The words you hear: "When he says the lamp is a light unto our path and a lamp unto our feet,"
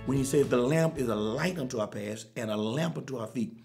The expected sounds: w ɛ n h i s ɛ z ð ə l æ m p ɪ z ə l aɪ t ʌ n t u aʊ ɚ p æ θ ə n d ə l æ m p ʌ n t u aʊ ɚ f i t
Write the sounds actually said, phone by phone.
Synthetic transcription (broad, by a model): w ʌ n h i s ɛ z ð ə l æ m p ɪ z ə l aɪ t ʌ n t u aʊ ɚ p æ s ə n ə l æ m p ʌ n t u aʊ ɚ f i t